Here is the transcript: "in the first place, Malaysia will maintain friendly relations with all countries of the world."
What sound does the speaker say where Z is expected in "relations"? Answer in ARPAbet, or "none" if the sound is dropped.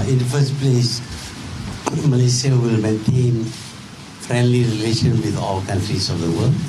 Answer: none